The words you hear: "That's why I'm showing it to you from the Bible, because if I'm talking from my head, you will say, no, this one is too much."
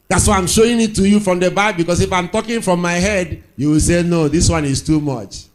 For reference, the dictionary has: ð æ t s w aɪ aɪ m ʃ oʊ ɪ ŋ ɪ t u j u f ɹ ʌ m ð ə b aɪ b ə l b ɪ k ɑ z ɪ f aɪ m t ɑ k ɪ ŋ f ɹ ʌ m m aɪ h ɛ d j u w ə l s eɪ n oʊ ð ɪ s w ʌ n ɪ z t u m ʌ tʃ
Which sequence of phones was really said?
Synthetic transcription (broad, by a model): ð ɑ t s w aɪ aɪ m ʃ oʊ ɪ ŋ ɪ t u j u f ɹ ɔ m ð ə b aɪ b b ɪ k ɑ s ɪ f aɪ m t ɑ k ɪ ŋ f ɹ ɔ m m aɪ h ɛ d j u w ə l s eɪ n oʊ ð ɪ s w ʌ n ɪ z t u m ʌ tʃ